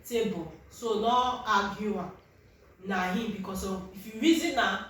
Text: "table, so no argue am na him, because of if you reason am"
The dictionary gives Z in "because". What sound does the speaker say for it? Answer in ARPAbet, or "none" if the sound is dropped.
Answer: S